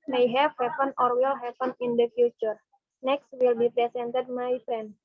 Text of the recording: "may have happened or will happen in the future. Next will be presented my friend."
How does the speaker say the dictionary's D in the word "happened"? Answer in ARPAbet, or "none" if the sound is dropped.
none